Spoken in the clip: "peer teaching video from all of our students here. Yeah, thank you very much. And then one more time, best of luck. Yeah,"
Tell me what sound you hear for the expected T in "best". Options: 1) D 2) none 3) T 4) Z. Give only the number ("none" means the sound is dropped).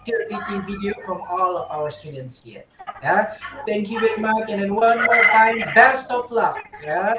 3